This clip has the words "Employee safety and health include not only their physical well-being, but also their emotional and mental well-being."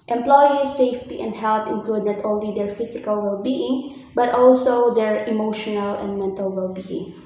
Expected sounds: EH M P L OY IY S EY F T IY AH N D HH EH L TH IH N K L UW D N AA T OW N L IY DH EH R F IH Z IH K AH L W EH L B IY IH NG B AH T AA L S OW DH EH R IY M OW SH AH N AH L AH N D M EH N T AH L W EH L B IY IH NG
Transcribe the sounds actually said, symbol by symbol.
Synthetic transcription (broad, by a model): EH M P L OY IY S EY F T IY AH N D HH EH L T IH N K L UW D N AA T OW N L IY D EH R F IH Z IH K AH L W EH L B IY IH NG B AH T AA L S OW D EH R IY M OW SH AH N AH L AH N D M EH N T AH L W EH L B IY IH NG